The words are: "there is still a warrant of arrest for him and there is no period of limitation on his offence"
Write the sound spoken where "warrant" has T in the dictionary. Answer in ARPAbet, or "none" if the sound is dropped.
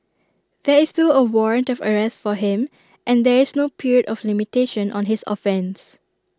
T